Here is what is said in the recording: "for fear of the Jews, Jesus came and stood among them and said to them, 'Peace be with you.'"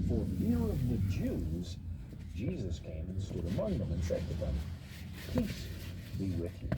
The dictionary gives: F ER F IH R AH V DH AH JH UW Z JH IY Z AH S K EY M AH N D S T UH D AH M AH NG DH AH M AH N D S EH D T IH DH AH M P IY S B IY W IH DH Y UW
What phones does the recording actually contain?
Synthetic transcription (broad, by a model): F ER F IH R AH V DH AH JH UW Z JH IY Z AH S K EY M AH N S T UH D AH M AH NG DH AH M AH N S EH D T IH DH AH M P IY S B IY W IH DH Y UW